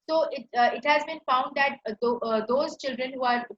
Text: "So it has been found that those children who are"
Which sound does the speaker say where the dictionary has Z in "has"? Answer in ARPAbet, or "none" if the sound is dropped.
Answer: Z